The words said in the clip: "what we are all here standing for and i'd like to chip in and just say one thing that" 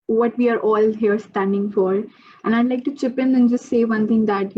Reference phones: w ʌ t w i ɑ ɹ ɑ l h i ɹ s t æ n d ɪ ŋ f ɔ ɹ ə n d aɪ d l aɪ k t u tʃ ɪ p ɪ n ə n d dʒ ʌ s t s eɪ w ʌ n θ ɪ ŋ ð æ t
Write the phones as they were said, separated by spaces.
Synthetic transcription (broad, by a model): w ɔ t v i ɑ ɹ ɑ l h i ɹ s t æ n d ɪ ŋ f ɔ ɹ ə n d aɪ d l aɪ k t u tʃ ɪ p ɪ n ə n dʒ ʌ s t s eɪ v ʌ n t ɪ ŋ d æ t